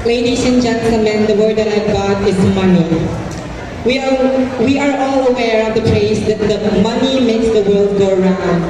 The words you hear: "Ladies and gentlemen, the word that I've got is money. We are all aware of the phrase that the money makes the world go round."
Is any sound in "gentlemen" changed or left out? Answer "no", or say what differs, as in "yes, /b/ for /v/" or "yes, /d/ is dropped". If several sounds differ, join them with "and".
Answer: yes, /s/ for /t/ and /l/ is dropped